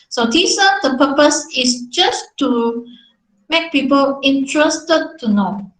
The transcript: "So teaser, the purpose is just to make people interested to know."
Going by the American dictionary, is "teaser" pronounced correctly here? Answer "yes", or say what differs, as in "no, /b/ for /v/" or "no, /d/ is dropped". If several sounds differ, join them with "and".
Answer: no, /s/ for /z/